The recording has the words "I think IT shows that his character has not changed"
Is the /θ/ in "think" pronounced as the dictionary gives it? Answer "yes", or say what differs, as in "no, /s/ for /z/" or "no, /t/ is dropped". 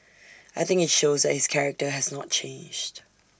yes